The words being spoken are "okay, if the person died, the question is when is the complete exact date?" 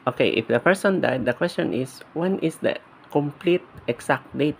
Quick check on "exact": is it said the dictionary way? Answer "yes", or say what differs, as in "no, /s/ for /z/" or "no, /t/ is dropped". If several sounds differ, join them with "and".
no, /s/ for /z/